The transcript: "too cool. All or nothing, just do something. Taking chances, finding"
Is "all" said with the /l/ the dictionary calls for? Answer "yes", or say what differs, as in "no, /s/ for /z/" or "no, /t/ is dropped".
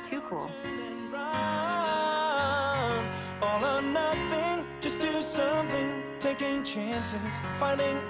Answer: no, /n/ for /l/